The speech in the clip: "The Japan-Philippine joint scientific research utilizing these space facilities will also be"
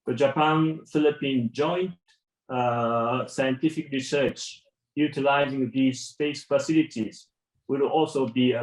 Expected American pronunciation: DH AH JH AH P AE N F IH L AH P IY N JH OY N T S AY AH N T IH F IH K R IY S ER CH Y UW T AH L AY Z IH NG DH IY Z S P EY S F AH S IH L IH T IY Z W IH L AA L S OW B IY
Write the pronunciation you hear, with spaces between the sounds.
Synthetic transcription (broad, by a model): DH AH JH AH P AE N F IH L AH P IY N JH OY N T S AY AH N T IH F IH K R IY S ER CH Y UW T AH L AY Z IH NG DH IY Z S P EY S F AH S IH L IH T IY Z W IH L AA L S OW B IY